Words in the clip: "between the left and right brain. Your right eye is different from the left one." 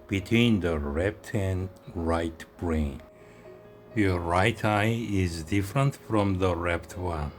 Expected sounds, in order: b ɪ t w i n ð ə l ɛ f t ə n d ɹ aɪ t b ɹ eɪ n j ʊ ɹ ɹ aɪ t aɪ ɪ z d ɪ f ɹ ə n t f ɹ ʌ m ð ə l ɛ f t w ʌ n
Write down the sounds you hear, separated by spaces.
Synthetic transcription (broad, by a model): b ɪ t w i n ð ə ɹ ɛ p t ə n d ɹ aɪ t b ɹ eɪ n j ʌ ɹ ɹ aɪ t aɪ ɪ z d ɪ f ɹ ə n t f ɹ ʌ m ð ə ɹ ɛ p t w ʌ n